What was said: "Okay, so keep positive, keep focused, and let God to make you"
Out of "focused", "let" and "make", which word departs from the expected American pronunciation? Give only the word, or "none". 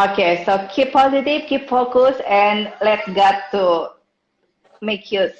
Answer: focused